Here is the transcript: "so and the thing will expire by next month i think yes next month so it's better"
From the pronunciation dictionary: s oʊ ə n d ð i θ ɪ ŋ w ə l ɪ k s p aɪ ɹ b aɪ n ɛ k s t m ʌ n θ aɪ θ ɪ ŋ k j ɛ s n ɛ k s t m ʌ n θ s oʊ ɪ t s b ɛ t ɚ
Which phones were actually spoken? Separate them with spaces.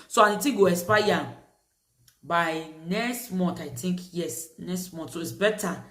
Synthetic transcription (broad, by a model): s oʊ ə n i t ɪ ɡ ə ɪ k s p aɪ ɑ b aɪ n ɛ k s t m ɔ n t aɪ t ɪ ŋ k j ɛ s n ɛ k s t m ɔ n t s oʊ ɪ t s b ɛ t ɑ